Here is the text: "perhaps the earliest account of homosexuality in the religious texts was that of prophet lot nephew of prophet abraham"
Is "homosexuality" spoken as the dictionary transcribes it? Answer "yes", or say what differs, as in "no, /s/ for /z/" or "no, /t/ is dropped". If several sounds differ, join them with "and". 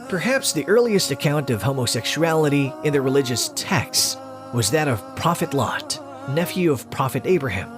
yes